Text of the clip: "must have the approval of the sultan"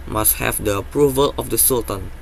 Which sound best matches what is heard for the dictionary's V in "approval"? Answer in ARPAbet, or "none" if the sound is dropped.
V